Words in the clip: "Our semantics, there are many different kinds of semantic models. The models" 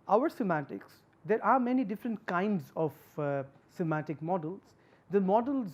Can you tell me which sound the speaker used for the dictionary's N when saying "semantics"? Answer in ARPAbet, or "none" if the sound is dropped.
none